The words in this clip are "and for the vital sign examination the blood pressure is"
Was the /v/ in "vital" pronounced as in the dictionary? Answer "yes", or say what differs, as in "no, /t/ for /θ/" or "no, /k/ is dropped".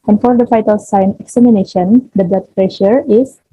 no, /f/ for /v/